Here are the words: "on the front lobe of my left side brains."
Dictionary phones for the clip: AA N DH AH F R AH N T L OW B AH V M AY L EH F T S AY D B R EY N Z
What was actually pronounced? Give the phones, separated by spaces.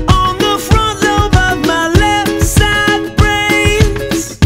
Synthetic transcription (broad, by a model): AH N DH AH F R AH N T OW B AH V M AY L EH F T S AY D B R EY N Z